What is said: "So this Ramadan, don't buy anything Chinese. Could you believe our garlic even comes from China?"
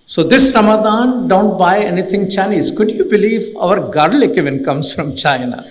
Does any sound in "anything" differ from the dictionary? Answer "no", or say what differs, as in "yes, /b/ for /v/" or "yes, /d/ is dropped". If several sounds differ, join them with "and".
yes, /t/ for /θ/